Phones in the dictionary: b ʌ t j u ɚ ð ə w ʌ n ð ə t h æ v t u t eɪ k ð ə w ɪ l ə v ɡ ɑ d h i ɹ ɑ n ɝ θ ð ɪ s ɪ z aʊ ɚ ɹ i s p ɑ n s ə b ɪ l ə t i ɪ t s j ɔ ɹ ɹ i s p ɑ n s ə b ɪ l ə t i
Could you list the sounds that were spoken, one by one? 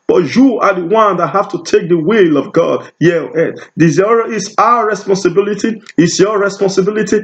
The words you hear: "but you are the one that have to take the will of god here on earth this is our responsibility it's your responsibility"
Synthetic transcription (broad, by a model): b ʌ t j u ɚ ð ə w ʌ n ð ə t h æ f t u t eɪ k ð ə w ɪ l ə v ɡ ɑ d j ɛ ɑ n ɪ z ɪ ɪ s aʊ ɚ ɹ i s p ɑ n s ə b ɪ l ə t i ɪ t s j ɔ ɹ ɹ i s p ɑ n s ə b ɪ l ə t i